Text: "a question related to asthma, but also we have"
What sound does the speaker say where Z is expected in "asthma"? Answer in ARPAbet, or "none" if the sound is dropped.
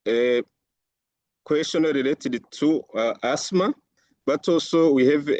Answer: S